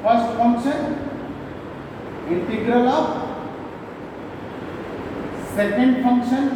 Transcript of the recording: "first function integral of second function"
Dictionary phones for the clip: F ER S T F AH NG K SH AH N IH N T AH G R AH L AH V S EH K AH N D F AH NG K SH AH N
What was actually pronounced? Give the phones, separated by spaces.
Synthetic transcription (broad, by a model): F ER S T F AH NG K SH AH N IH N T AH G R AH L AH P S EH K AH N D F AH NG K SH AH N